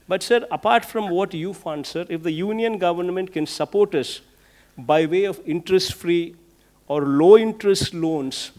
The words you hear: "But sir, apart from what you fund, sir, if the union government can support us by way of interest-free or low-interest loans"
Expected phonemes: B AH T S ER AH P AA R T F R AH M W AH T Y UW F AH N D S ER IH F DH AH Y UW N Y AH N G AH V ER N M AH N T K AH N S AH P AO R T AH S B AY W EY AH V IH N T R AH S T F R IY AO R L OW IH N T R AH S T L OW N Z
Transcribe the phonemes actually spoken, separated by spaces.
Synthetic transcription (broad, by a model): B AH T S ER AH P AA R T F R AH M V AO T Y UW F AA N D S ER IH F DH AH Y UW N Y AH N G AH V ER N M AH N T K AH N S AH P AO R T AH S B AY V EY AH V IH N T R AH S T F R IY AO R L OW IH N T R AH S T L OW N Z